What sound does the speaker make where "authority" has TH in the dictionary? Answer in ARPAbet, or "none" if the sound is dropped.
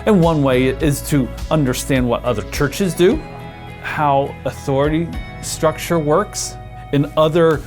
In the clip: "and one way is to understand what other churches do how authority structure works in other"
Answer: TH